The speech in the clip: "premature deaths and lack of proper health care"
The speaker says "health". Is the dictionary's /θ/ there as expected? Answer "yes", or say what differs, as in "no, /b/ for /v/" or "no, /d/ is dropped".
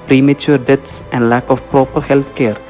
no, /t/ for /θ/